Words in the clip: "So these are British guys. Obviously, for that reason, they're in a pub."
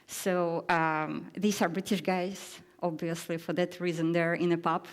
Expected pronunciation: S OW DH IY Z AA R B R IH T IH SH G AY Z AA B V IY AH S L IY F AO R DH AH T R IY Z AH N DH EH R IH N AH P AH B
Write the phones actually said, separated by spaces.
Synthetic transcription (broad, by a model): S OW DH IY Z AA R B R IH T IH SH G AY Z AA B V IY AH S L IY F AO R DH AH T R IY Z AH N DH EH R IH N AH P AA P